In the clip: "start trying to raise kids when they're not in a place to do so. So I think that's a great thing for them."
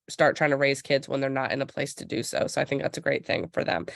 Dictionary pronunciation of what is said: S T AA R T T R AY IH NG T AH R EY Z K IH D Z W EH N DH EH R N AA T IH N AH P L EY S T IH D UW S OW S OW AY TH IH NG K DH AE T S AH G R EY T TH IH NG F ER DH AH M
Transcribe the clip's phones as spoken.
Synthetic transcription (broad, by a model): S T AA R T T R AY IH NG T AH R EY Z K IH D Z W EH N DH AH R N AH T IH N AH P L EY S T IH D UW S OW S OW AY TH IH NG K DH AE T S AH G R EY T TH IH NG F ER DH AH M